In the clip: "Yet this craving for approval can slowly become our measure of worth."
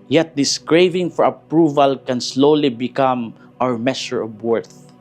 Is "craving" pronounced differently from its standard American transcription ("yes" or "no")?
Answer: no